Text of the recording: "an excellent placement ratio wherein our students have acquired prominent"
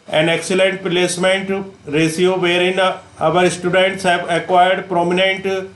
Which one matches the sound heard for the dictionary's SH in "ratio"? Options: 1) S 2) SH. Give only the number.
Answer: 1